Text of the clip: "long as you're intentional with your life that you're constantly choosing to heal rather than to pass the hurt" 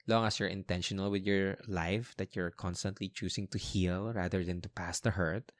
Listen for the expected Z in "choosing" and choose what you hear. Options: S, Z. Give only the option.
S